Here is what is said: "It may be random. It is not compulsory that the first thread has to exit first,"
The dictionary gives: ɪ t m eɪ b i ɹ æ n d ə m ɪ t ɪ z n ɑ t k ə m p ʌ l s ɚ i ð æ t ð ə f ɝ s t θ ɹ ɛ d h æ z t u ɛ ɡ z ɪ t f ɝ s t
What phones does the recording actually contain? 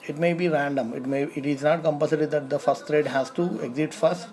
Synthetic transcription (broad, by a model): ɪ t m eɪ b i ɹ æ n d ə m ɪ t ɪ z n ɑ t k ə m p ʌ s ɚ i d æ t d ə f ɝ s t t ɹ ɛ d h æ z t u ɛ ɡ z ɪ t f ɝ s t